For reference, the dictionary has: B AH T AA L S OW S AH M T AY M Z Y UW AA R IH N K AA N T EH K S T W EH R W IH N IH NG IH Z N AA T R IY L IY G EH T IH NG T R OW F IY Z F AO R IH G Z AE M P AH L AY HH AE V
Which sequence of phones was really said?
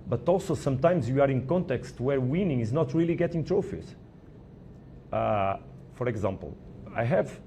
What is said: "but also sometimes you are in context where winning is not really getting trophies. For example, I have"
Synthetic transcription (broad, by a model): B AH T AA L S OW S AH M T AY M Z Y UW AA R IH N K AA N T EH K S T W EH R W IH N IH NG IH Z N AA T R IY L IY G EH T IH NG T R OW F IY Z F AO R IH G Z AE M P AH L AY HH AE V